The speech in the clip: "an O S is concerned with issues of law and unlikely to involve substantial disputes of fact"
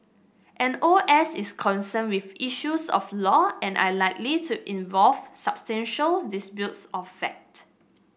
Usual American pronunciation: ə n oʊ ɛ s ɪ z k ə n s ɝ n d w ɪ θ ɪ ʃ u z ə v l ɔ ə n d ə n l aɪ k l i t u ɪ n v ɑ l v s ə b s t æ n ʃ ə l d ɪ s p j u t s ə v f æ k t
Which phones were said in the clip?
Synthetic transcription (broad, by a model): ə n oʊ ɛ s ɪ s k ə n s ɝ n w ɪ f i ʃ u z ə f l ɔ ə n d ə l aɪ k l i t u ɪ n v ɑ l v s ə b s t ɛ n ʃ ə l d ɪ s b j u t s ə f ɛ k t